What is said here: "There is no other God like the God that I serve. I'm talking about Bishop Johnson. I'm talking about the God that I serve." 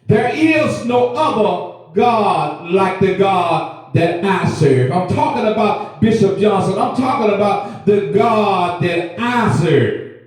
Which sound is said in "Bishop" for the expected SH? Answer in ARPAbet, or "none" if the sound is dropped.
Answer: SH